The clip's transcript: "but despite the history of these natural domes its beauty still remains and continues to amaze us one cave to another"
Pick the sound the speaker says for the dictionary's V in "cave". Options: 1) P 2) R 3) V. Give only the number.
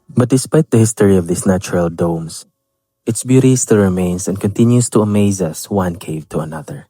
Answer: 3